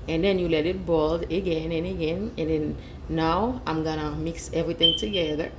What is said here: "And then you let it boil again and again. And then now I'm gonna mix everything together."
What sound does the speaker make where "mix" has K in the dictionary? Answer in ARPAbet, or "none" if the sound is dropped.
K